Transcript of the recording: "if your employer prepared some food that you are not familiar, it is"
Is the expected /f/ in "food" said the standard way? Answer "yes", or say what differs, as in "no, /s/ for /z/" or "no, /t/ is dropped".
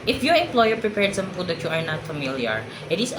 no, /p/ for /f/